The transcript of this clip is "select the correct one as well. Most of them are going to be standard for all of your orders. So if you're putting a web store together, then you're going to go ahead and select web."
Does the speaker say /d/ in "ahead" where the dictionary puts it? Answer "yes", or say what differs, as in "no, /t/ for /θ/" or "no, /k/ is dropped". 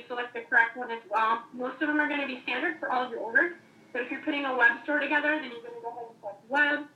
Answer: no, /d/ is dropped